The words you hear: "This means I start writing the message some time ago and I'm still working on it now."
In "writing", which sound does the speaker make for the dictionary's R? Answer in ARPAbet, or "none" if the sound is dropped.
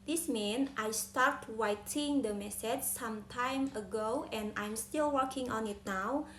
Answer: W